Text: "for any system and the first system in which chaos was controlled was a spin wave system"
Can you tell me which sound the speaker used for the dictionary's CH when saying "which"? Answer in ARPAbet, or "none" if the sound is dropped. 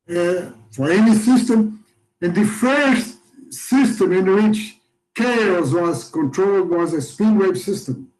CH